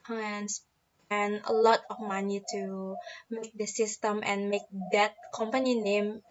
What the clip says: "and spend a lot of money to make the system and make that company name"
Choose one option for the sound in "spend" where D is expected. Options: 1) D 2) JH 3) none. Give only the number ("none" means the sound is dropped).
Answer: 3